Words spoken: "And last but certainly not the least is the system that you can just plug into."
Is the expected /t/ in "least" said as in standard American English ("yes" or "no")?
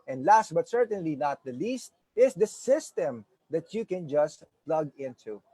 yes